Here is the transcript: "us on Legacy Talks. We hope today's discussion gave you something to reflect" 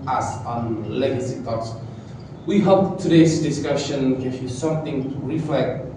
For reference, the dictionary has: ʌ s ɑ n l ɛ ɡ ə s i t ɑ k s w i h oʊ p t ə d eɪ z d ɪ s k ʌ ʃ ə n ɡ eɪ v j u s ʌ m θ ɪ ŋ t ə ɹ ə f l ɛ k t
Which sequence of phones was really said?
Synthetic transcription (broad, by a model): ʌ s ɑ n l ɛ ɡ ə s i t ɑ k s w i h oʊ p t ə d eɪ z d ɪ s k ʌ ʃ ə n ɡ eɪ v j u s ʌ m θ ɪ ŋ ɹ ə f l ɛ k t